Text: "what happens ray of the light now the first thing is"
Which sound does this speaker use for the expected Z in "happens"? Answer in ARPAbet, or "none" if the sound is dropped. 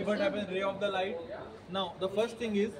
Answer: none